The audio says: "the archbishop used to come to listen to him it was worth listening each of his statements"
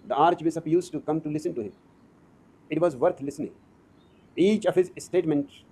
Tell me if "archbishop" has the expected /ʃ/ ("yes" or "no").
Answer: no